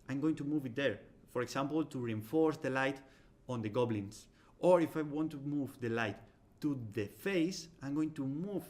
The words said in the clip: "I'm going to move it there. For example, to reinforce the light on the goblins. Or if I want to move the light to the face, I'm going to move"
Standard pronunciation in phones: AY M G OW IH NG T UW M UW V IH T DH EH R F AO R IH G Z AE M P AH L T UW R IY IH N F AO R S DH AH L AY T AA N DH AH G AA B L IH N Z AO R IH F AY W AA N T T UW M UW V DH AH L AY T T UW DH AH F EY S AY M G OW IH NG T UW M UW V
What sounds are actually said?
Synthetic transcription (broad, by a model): AY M G OW IH NG T UW M UW V IH T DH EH R F AO R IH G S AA M P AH L T UW R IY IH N F AO R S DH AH L AY T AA N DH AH G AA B L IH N S AO R IH F AY W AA N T T UW M UW V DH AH L AY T T UW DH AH F EY S AY M G OW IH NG T UW M UW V